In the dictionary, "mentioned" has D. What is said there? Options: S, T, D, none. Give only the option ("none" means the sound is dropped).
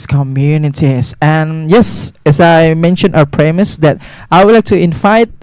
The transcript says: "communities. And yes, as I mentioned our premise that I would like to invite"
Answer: none